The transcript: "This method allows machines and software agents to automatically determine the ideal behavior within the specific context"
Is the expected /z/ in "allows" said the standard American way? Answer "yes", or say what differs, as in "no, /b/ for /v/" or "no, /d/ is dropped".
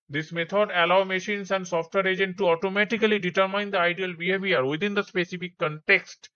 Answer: no, /z/ is dropped